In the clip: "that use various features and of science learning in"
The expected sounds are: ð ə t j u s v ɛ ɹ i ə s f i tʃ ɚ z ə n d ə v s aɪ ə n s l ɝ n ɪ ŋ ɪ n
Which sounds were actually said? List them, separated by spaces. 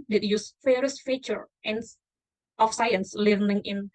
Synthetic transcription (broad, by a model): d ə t j u s f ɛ ɹ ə s f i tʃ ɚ ə n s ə f s aɪ ə n s l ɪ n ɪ ŋ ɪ n